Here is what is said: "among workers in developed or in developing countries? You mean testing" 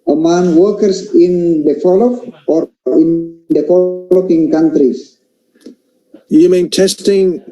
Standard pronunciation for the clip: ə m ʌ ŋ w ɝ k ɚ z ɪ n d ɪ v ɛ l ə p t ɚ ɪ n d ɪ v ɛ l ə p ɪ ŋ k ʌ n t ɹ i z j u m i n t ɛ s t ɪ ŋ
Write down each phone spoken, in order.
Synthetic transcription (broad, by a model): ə m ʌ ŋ w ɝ k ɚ s ɪ n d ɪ f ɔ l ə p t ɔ ɪ n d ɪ f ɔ l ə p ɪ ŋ k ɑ n t ɹ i s j u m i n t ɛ s t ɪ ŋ